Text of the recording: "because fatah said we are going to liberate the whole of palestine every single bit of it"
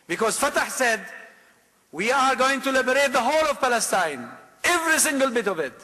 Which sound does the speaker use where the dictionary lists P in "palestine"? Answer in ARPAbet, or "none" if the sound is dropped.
P